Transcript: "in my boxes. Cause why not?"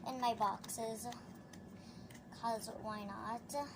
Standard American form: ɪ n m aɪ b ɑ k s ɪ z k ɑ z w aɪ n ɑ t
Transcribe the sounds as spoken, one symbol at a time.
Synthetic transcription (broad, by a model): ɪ n m aɪ b ɑ k s ɪ z k ɑ z w aɪ n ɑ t